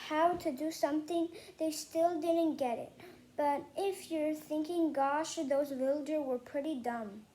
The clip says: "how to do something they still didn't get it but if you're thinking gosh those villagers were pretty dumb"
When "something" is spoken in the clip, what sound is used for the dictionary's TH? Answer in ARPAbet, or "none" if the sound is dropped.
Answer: TH